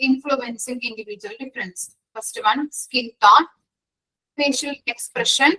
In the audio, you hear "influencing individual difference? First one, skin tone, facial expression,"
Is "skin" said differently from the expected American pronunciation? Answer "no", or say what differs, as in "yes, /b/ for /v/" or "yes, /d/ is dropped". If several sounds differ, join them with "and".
yes, /l/ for /n/